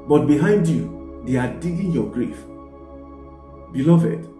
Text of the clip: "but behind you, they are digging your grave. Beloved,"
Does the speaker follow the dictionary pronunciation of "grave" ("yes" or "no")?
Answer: no